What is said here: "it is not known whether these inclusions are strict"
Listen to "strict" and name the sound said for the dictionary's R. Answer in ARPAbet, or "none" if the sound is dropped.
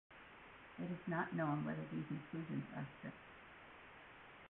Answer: none